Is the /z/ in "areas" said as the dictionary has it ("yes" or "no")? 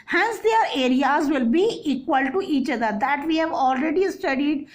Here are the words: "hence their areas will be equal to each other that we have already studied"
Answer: yes